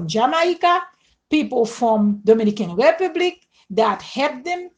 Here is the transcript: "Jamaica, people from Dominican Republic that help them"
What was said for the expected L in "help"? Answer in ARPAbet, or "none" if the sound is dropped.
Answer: none